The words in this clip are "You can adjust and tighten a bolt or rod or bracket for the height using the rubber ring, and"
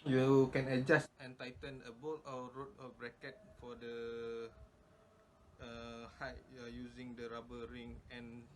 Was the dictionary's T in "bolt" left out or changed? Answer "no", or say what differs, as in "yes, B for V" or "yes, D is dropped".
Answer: yes, T is dropped